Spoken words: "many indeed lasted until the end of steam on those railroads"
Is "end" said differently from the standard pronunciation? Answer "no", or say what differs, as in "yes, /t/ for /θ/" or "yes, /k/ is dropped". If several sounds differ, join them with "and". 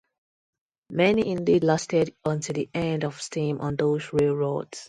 no